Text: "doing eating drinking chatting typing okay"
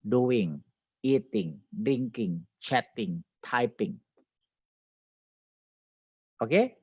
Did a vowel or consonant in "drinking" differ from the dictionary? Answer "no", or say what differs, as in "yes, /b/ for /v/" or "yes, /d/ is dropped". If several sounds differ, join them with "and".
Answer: yes, /ɹ/ is dropped